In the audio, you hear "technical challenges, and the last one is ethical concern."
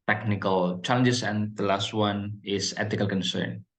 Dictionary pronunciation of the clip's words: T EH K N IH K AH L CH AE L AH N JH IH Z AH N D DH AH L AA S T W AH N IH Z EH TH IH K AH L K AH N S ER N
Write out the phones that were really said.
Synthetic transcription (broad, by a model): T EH K N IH K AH L CH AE L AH N JH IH S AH N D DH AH L AA S T W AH N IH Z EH T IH K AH L K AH N S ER N